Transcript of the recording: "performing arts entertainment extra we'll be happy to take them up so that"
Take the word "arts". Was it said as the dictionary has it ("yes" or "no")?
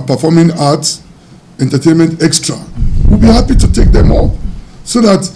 no